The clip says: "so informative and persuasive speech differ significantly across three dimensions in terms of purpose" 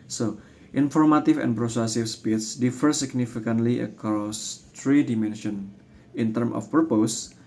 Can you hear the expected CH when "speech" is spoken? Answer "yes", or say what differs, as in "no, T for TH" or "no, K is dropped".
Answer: no, S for CH